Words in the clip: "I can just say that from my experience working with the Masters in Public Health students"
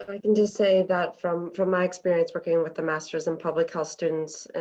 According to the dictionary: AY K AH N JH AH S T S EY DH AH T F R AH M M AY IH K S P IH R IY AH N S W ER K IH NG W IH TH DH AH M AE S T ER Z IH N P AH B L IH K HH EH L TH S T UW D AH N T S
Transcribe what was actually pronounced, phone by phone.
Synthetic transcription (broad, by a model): AY K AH N JH AH S T S EY DH AH T F R AH M M AY IH K S P IH R IY AH N S W ER K IH NG W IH DH AH M AE S T ER Z IH N P AH B L IH K HH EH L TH S T UW D N T S